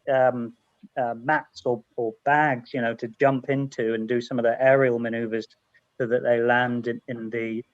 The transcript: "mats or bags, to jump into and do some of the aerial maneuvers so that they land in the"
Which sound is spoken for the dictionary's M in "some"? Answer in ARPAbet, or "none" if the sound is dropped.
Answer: M